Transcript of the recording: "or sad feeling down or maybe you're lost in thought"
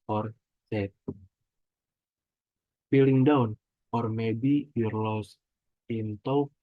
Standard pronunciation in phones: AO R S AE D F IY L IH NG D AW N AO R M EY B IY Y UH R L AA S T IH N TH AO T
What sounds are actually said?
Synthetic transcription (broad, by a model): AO R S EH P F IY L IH NG D AW N AO R M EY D IY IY R L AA S IH N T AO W